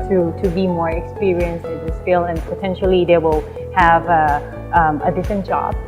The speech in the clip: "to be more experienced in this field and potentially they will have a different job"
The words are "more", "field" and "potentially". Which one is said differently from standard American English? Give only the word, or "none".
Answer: field